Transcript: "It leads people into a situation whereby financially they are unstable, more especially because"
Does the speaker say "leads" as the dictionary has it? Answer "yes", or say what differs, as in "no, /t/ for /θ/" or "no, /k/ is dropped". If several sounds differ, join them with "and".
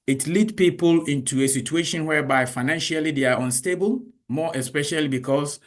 no, /z/ is dropped